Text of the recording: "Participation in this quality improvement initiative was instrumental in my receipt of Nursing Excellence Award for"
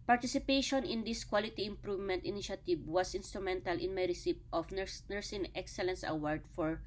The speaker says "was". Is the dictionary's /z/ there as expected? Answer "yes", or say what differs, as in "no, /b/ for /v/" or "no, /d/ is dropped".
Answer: no, /s/ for /z/